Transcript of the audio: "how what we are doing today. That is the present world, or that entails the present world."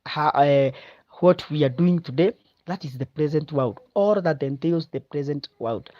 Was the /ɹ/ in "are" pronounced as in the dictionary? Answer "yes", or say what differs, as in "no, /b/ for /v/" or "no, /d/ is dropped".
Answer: yes